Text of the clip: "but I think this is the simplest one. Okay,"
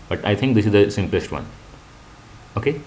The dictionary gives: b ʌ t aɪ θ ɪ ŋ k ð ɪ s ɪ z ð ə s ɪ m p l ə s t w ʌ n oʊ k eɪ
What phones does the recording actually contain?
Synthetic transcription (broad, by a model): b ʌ t aɪ t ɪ ŋ k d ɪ s ɪ z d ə s ɪ m p l ə s t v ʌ n oʊ k eɪ